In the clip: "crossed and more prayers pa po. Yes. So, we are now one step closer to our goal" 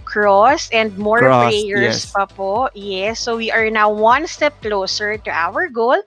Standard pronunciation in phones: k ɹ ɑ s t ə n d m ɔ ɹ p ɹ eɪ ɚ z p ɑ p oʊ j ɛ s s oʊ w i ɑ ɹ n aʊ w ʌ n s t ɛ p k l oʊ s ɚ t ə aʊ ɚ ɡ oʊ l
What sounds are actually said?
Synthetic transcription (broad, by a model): k ɹ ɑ s ə n d m ɔ ɹ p eɪ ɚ s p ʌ p oʊ j ɛ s s oʊ w i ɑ ɹ n aʊ w ʌ n s t ɛ p k l oʊ s ɚ t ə aʊ ɚ ɡ oʊ l